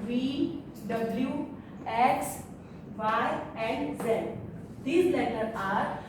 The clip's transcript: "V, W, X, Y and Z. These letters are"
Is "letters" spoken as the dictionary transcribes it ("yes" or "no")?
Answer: no